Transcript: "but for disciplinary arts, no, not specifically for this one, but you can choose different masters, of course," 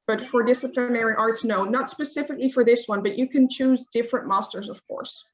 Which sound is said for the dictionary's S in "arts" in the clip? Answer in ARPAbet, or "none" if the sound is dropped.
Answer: S